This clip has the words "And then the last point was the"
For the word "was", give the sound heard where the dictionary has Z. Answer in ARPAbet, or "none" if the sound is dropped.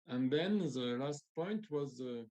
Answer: Z